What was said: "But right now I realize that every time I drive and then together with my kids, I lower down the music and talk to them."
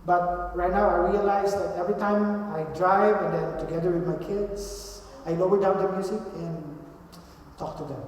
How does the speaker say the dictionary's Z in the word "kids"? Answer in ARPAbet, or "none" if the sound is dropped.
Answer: S